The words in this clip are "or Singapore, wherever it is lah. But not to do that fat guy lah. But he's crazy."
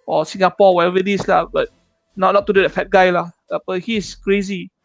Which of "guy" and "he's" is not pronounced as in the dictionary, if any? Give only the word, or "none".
he's